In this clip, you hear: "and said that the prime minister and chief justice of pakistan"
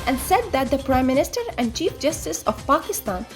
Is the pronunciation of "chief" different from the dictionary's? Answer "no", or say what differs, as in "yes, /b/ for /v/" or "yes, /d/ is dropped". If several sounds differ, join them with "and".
no